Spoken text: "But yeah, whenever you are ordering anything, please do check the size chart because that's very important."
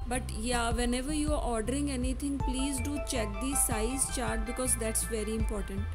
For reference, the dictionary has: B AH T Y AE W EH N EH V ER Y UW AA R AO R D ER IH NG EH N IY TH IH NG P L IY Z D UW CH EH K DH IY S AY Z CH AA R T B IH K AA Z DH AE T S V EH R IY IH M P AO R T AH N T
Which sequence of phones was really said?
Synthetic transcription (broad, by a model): B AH T Y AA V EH N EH V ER Y UW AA R AO R D ER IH NG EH N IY T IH NG P L IY Z D UW CH EH K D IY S AY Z CH AA R T B IH K AA Z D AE T S V EH R IY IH M P AO R T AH N T